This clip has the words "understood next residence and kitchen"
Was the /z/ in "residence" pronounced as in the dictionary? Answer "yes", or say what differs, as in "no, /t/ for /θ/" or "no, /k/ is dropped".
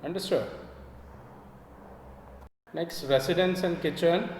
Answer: no, /s/ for /z/